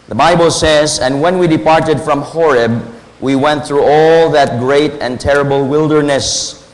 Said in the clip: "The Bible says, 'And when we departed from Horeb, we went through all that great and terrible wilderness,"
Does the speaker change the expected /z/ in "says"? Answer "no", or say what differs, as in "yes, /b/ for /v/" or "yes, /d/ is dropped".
no